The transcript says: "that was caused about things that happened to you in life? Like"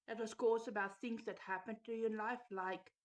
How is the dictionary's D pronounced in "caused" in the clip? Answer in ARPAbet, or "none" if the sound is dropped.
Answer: none